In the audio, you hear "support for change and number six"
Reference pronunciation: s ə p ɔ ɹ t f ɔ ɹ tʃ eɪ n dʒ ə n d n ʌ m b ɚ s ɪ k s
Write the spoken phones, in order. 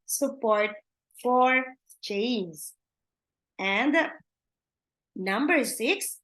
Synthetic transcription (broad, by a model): s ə p ɔ ɹ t f ɔ ɹ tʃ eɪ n z ə n d n ʌ m b ɚ s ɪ k s